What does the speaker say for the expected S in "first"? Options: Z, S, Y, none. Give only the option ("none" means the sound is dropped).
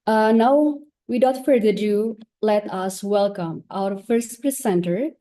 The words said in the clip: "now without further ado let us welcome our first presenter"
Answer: S